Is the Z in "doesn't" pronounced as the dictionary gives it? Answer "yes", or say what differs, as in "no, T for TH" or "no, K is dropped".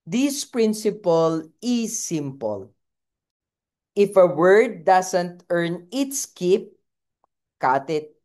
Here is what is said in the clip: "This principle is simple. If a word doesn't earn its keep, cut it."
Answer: no, S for Z